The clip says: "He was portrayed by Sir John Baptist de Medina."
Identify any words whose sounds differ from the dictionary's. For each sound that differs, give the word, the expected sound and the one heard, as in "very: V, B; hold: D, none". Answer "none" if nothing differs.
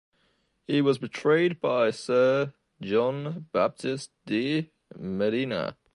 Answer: portrayed: P, B